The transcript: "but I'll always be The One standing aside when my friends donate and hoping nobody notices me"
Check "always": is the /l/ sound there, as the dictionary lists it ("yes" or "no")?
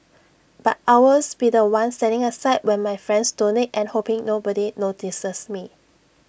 no